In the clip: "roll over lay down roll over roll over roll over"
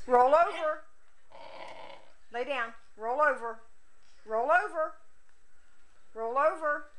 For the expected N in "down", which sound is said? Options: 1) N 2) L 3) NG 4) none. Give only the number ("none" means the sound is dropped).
1